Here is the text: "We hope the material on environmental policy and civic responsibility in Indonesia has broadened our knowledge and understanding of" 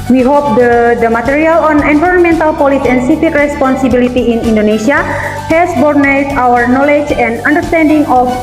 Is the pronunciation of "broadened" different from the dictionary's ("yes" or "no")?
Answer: yes